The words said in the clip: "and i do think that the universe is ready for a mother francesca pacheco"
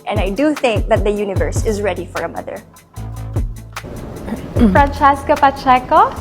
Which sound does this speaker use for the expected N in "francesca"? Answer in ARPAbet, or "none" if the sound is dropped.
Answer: N